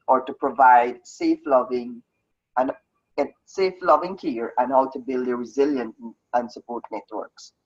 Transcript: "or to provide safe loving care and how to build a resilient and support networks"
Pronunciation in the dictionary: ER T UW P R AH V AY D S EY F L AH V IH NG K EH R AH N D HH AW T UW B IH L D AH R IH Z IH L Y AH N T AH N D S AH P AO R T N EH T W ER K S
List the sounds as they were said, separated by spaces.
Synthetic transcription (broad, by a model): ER T UW P R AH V AY D S EY F L AH V IH NG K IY R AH N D HH AW T UW B IH L D AH R IH Z IH L Y AH N T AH N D S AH P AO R T N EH T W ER K S